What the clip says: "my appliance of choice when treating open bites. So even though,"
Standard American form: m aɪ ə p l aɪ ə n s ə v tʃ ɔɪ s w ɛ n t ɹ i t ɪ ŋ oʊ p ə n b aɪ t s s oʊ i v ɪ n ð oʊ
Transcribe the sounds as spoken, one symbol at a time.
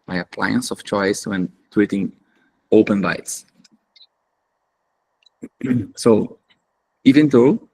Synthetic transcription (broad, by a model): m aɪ ə p l aɪ ə n s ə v tʃ ɔɪ s w ɛ n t w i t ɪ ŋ oʊ p ə n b aɪ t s s oʊ i v ɪ n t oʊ